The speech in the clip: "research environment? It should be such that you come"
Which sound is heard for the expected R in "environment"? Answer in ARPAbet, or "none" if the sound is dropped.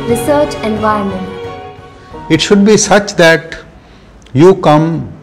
none